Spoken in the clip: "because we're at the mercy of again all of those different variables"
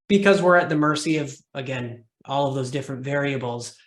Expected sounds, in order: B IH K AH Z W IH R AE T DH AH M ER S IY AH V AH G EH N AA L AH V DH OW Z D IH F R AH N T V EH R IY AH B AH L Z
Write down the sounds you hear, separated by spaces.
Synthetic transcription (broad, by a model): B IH K AH Z W IH R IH T DH AH M ER S IY AH V AH G EH N AA L AH V DH OW Z D IH F R AH N T V EH R IY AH B L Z